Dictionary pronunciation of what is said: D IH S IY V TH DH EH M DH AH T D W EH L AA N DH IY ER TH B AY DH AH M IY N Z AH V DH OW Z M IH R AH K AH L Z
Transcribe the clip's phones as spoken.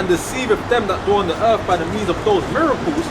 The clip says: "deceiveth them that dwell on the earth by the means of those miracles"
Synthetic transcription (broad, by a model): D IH S IY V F DH EH M DH AH T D AA N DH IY ER TH B AY DH AH M IY N Z AH V DH OW Z M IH R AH K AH L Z